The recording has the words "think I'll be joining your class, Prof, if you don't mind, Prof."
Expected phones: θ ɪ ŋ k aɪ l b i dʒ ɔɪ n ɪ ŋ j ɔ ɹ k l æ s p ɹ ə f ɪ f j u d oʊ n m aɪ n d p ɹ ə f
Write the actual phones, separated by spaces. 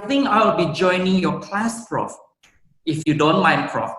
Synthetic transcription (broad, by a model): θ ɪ ŋ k aɪ w b i dʒ ɔɪ n ɪ ŋ j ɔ k l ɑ s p ɹ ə f ɪ f j u d oʊ n m aɪ n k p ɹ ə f